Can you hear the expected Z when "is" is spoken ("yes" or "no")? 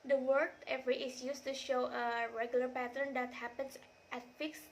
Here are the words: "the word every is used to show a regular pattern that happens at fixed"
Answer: no